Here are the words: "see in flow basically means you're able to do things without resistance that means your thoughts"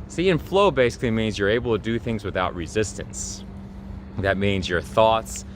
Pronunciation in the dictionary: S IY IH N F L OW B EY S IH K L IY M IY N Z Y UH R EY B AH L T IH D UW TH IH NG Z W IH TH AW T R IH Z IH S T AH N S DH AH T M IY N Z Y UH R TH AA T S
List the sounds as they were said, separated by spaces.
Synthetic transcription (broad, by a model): S IY IH N F L OW B EY S IH K L IY M IY N Z Y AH R EY B L T IH D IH TH IH NG Z W IH TH AW T R IH Z IH S T AH N S DH AH T M IY N Z Y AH R TH AA T S